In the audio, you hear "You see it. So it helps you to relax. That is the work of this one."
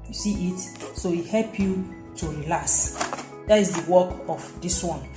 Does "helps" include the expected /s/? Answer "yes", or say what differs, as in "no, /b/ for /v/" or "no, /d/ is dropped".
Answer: no, /s/ is dropped